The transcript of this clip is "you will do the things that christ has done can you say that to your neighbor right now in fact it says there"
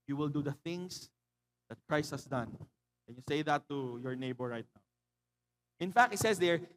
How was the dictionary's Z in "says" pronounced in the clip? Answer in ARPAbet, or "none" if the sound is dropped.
S